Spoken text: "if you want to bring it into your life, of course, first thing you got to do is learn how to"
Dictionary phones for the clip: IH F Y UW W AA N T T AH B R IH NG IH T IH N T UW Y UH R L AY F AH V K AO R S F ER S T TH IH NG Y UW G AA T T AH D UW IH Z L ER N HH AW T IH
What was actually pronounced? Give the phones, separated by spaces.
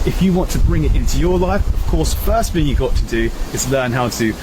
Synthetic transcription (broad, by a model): IH F Y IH W AA N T T AH B R IH NG IH T IH N T UW Y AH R L AY F AH V K AO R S F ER S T TH IH NG Y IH G AA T T AH D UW IH Z L ER N HH AW T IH